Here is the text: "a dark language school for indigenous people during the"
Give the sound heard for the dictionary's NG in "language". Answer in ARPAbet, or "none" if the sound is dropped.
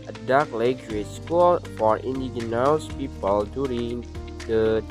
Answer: none